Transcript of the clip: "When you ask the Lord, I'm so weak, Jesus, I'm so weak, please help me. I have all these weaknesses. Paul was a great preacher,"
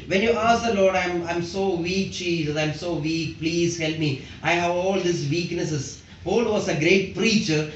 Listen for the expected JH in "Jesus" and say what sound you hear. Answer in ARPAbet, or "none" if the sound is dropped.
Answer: CH